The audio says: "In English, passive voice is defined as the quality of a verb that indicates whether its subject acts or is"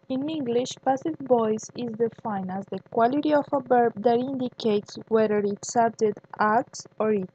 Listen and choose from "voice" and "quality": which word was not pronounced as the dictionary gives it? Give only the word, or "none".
voice